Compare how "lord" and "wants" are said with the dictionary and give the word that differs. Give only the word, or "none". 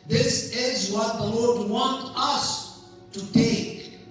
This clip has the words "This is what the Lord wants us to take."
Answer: wants